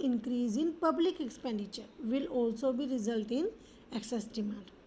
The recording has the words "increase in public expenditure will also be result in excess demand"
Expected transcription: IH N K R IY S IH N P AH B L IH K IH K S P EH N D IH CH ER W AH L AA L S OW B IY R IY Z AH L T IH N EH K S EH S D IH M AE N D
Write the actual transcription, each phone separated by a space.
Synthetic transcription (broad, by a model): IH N K R IY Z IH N P AH B L IH K IH K S P EH N D IH CH ER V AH L AA L S OW B IY R IY Z AH L T IH N EH K S EH S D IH M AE N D